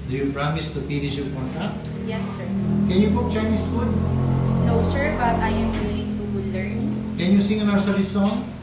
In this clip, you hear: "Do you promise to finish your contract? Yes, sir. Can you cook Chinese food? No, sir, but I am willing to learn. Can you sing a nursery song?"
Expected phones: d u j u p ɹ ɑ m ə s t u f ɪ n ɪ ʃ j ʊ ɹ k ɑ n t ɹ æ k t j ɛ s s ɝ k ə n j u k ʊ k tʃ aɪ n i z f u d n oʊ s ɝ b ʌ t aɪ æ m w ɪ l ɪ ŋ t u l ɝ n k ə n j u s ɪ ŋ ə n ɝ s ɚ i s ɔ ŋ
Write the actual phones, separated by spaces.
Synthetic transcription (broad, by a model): d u j u p ɹ ɑ m ə s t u p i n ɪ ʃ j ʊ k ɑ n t ɑ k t j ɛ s s ɝ k ə n j u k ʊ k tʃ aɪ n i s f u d n oʊ s ɝ b ʌ t aɪ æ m w ɪ l ɪ ŋ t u l ɝ n k ə n j u s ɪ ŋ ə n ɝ s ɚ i s ɔ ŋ